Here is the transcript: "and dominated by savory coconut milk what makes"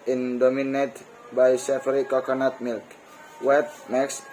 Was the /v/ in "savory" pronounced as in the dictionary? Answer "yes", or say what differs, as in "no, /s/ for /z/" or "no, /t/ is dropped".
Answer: no, /f/ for /v/